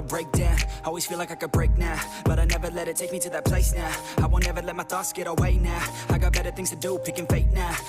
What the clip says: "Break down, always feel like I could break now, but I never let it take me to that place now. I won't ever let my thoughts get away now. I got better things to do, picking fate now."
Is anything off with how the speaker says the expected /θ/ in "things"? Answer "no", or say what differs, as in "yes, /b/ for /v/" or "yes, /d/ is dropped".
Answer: no